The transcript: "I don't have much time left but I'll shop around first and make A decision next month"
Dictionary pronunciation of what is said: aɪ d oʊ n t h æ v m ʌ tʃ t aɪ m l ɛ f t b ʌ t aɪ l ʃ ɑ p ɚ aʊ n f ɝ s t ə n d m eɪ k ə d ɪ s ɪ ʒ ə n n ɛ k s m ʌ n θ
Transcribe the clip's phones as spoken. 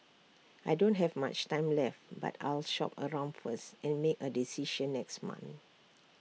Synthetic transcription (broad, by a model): aɪ d oʊ n t h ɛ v m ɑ tʃ t aɪ m l ɛ f t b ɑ t aɪ l ʃ ɑ p ɚ aʊ n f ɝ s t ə n m eɪ k ə d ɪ s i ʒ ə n n ɛ k s m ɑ n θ